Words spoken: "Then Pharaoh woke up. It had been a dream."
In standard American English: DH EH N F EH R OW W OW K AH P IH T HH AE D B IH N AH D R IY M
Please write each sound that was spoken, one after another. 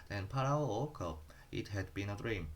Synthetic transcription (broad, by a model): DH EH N P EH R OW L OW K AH IH T HH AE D B IH N AH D R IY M